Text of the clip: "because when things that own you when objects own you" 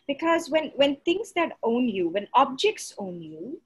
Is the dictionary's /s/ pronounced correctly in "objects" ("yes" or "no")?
yes